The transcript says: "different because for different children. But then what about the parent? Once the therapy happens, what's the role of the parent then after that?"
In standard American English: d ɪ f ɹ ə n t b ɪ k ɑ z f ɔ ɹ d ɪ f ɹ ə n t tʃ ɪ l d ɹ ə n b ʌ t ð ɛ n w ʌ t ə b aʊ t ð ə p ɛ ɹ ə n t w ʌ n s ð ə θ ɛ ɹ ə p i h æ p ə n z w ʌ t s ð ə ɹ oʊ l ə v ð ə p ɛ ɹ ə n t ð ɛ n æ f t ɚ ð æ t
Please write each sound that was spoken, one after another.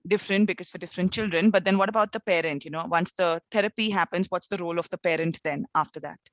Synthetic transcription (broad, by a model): d ɪ f ɹ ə n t b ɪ k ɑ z f ɔ ɹ d ɪ f ɹ ə n t tʃ ɪ l d ɹ ə n b ʌ t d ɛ n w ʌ t ə b aʊ t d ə p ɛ ɹ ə n t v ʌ n s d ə t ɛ ɹ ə p i h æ p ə n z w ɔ t s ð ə ɹ oʊ l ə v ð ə p ɛ ɹ ə n t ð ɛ n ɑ f t ɚ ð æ t